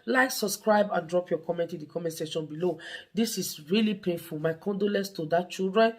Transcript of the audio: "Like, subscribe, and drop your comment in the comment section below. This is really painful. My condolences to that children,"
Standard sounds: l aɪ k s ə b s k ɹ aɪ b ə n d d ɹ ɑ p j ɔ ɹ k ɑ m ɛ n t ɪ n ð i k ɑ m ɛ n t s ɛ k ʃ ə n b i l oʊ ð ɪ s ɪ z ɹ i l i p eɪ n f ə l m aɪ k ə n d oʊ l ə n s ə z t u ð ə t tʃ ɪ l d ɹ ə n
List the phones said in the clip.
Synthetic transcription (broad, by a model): l aɪ k s ə b s k ɹ aɪ b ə n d d ɹ ɑ p j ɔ k ɑ m ɛ n t ɪ n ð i k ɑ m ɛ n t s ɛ ʃ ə n b i l oʊ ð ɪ s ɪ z ɹ i l i p eɪ n f ə l m aɪ k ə n d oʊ l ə n s t u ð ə t tʃ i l d ɹ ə n